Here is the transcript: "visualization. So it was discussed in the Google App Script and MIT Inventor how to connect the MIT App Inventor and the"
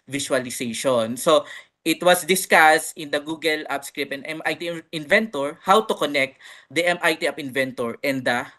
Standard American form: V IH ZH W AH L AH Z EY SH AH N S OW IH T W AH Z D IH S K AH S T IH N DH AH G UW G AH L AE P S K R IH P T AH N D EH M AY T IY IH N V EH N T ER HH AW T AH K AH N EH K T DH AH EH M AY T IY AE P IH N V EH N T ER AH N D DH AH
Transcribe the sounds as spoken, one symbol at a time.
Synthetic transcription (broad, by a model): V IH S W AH L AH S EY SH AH N S OW IH T W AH S D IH S K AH S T IH N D AH G UW G AH L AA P S K R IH P AH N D EH M AY T IY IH N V EH N T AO HH AW T AH K AH N EH K T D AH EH M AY T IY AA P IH N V EH N T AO AH N D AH